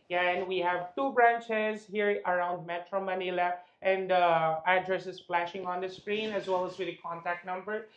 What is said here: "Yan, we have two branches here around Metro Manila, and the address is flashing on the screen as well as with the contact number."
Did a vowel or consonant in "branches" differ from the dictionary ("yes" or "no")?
no